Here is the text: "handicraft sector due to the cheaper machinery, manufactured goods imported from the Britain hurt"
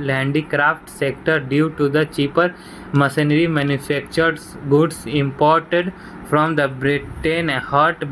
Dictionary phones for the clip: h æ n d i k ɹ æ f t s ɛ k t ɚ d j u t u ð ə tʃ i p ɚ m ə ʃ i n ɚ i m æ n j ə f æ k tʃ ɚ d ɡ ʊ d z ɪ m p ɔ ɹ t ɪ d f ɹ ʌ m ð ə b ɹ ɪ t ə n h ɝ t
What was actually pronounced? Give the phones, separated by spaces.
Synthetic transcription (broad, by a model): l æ n d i k ɹ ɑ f t s ɛ k t ɚ d j u t u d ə tʃ i p ɚ m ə s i n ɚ i m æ n j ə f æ k tʃ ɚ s ɡ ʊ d s ɪ m p ɔ ɹ t ɪ d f ɹ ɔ m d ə b ɹ ɪ t ə n h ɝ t